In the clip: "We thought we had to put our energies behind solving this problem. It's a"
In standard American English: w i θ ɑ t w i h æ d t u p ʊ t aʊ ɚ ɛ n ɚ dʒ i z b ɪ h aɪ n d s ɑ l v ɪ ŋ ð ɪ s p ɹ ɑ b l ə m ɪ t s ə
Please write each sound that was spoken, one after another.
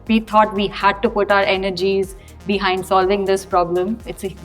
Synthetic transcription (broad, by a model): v i t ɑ t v i h æ d t u p ʊ t aʊ ɚ ɛ n ɚ dʒ i z b ɪ h aɪ n d s ɑ l v ɪ ŋ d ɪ s p ɹ ɑ b l ə m ɪ t s